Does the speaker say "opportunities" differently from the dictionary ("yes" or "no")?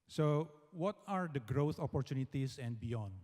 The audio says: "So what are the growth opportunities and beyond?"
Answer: yes